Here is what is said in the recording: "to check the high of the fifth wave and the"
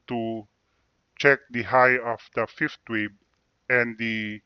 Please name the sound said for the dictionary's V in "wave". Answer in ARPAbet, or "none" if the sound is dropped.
B